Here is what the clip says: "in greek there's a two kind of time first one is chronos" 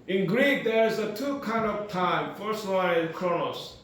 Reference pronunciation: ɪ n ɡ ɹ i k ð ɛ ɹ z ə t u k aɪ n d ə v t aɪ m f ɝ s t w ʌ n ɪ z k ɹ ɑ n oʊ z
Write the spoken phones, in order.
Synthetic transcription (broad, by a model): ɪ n ɡ ɹ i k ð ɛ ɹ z ə t u k aɪ n d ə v t aɪ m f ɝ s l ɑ ɪ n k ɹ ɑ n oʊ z